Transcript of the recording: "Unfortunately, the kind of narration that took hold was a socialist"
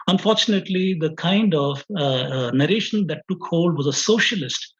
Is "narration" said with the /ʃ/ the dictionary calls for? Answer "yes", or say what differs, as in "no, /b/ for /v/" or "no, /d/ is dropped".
yes